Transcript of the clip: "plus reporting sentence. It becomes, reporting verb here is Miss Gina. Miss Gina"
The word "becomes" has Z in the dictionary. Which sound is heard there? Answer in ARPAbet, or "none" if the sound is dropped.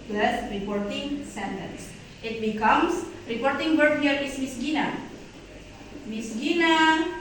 S